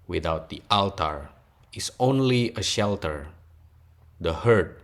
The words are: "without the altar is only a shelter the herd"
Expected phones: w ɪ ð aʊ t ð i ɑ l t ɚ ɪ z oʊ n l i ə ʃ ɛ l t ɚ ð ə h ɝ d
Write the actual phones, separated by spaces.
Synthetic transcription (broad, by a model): w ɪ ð aʊ t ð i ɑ l t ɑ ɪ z oʊ n l i ə ʃ ɛ l t ɚ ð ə h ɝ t